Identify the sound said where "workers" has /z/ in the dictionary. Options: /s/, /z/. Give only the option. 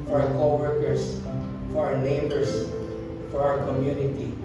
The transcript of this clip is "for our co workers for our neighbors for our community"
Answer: /s/